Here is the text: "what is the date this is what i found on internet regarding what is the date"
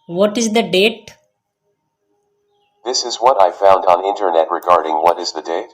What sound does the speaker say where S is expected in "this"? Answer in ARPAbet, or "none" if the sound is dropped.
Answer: S